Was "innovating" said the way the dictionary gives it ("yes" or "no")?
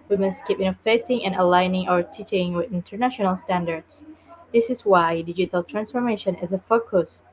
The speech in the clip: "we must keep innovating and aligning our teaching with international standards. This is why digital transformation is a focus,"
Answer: no